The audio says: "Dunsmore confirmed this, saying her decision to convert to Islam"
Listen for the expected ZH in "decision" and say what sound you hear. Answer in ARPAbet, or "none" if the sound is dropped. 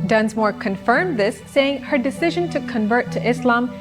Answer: ZH